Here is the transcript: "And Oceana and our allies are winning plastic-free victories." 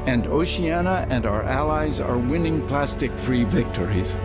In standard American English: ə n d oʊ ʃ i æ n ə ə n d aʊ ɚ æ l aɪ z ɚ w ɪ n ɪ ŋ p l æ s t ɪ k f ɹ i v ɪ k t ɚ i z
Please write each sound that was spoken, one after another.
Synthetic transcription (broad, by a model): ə n d oʊ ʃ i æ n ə ə n d aʊ ɚ æ l aɪ z ɚ w ɪ n ɪ ŋ p l æ s t ɪ k f ɹ i v ɪ k t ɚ i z